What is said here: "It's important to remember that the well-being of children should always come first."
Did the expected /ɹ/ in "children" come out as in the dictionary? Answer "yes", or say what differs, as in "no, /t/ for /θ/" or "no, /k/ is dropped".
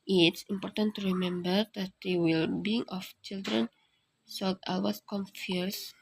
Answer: yes